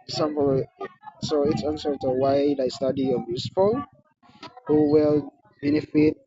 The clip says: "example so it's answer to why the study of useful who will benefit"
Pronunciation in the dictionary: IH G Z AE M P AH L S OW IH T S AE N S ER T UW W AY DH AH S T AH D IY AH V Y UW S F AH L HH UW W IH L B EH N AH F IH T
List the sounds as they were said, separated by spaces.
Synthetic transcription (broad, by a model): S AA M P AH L S OW IH T S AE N S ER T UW W AY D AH S T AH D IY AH B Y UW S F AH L HH UW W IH L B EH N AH F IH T